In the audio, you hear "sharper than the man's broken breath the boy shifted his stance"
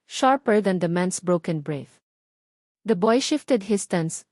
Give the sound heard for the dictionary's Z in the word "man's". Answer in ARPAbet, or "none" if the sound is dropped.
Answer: S